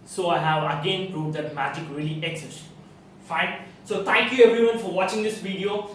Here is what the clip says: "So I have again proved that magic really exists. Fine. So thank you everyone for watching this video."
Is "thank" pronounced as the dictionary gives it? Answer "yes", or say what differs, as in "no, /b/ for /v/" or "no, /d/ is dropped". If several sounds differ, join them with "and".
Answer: no, /t/ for /θ/